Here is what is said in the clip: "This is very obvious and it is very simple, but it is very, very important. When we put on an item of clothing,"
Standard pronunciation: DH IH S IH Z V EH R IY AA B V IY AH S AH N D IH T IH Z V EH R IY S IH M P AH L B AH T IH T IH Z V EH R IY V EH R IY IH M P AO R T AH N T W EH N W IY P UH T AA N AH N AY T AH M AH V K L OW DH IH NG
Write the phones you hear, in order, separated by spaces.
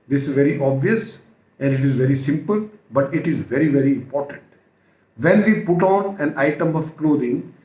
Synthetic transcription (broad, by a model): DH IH S IH Z V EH R IY AA B V IY AH S AH N D IH T IH Z V EH R IY S IH M P AH L B AH T IH T IH Z V EH R IY V EH R IY IH M P AO R T AH N T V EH N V IY P UH T AA N AH N AY T AH M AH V K L OW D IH NG